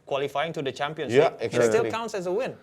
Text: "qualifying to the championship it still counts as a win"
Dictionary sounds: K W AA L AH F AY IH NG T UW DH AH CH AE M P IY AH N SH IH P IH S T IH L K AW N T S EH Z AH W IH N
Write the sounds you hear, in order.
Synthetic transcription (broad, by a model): K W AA L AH F AY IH NG T UW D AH CH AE M P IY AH N S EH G IH S T IH L K AW N T S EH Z AH W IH N